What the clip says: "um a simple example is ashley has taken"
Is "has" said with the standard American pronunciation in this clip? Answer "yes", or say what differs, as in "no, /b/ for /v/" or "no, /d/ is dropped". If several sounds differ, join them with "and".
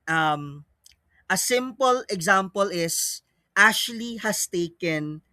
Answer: no, /s/ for /z/